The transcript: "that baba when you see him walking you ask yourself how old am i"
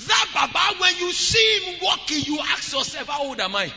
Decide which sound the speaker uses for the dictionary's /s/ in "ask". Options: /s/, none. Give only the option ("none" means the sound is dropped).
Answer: none